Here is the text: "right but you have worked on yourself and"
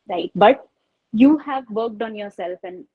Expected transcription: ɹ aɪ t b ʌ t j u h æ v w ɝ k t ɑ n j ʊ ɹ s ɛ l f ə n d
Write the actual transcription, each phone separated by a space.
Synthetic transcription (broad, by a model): ɹ aɪ t b ʌ t j u h æ v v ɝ k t ɑ n j ʊ ɹ s ɛ l f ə n d